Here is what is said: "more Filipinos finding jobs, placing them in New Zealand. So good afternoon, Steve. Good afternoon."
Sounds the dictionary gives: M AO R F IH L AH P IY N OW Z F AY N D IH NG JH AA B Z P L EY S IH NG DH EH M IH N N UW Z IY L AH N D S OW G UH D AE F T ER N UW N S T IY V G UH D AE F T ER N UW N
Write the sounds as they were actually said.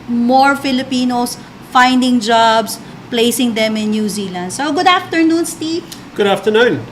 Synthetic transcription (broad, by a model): M AO R F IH L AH P IY N OW S F AY N D IH NG JH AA B S P L EY S IH NG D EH M IH N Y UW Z IY L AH N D S OW G UH D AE F T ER N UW N S T IY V G UH D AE F T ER N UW N